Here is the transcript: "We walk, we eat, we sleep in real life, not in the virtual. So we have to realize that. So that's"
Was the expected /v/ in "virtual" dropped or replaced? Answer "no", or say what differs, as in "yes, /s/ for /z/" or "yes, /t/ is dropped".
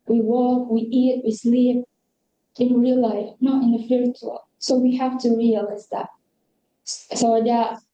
yes, /f/ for /v/